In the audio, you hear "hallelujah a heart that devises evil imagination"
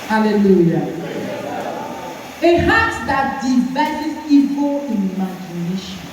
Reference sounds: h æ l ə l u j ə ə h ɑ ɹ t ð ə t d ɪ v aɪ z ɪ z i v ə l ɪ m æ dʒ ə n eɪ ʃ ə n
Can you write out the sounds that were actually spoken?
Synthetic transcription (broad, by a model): h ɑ l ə l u j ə ə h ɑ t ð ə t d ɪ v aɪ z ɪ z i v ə n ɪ m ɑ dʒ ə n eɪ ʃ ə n